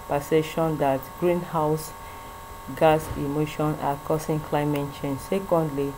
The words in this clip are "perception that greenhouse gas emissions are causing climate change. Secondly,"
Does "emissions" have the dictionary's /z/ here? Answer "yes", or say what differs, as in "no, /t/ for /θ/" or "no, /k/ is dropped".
no, /z/ is dropped